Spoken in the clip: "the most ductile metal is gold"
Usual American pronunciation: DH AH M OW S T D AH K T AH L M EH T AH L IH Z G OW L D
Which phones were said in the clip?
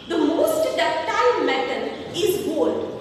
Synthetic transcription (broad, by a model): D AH M OW S T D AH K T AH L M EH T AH N IH Z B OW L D